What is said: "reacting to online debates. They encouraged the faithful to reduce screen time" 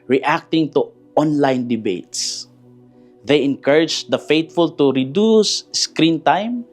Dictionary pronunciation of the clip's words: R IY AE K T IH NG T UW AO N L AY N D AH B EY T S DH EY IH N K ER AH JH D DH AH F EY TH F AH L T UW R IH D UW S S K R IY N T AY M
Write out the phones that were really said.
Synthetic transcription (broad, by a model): R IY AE K T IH NG T UW AO N L AY N D AH B EY T S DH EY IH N K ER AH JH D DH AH F EY T F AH L T UW R IH D UW S S K R IY N T AY M